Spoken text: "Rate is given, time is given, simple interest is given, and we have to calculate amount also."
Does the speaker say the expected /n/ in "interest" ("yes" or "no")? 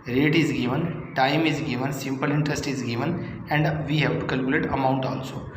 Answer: yes